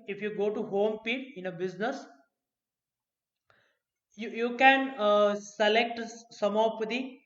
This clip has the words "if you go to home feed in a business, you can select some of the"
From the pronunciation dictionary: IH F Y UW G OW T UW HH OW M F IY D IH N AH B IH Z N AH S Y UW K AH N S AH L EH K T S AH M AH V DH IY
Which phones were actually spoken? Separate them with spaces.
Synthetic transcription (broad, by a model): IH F Y UW G OW T UW HH OW M P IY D IH N AH B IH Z N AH S Y UW K AH N S AH L EH K T S AH M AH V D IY